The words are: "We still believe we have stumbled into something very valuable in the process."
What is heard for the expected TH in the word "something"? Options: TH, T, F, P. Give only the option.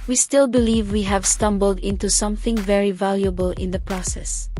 TH